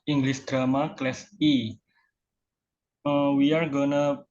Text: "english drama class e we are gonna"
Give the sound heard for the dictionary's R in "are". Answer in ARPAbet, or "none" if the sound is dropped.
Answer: R